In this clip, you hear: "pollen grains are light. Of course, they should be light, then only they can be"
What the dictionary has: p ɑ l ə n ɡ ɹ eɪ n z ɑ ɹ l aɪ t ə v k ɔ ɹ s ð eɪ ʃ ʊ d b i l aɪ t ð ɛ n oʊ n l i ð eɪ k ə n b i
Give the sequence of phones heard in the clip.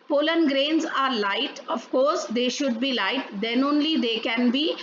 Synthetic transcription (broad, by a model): p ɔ l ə n ɡ ɹ eɪ n z ɑ ɹ l aɪ t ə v k ɔ ɹ s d eɪ ʃ ʊ d b i l aɪ t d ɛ n oʊ n l i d eɪ k ə n b i